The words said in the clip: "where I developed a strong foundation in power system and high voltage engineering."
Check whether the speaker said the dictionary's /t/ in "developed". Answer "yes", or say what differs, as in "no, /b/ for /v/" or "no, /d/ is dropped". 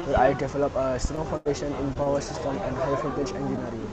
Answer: no, /t/ is dropped